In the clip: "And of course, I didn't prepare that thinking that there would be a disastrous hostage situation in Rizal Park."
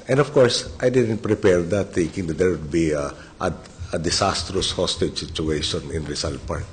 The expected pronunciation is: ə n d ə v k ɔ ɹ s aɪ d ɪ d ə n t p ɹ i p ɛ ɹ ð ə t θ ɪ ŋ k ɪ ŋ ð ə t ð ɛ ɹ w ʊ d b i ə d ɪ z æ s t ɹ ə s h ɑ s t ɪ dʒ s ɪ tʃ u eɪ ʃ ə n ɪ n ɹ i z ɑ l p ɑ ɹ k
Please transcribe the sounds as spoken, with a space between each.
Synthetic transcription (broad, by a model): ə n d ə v k ɔ ɹ s aɪ d ɪ d ə n t p ɹ i p ɛ ɹ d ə t θ ɪ ŋ k ɪ ŋ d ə t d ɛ ɹ w ʊ d b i ə d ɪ s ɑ s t ɹ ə s h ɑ s t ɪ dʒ s ɪ tʃ u eɪ ʃ ə n ɪ n ɹ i s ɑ l p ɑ ɹ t